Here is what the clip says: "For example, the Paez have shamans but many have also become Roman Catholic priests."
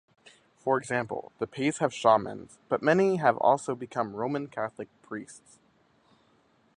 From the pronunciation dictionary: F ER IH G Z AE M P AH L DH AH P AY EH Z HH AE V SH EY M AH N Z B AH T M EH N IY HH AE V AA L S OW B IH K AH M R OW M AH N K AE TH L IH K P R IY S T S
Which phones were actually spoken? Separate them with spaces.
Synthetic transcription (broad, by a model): F ER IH G Z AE M P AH L DH AH P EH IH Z HH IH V SH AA M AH N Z B AH T M EH N IY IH V AA L S OW B IH K AH M R OW M AH N K AE TH L IH K P R IY S T S